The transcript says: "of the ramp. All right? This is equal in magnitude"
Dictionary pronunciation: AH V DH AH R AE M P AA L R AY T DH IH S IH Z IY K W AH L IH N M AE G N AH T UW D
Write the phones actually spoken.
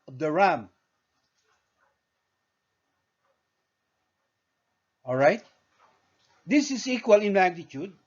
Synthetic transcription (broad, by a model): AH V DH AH R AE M AA L R AY T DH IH S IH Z IY K W AH L IH N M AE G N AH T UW D